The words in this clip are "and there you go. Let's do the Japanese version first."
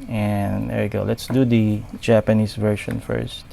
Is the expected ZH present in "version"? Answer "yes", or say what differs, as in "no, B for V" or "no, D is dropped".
no, SH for ZH